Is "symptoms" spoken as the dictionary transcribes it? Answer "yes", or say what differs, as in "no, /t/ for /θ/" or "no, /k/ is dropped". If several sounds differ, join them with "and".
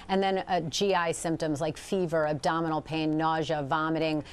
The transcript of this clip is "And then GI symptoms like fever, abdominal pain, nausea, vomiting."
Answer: yes